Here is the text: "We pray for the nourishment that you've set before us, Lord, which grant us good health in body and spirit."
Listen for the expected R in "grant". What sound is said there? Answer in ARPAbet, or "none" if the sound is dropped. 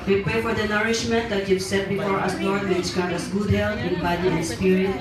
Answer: none